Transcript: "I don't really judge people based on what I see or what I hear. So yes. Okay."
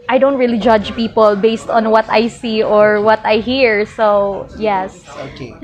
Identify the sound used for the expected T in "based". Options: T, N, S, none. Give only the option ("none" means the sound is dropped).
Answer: T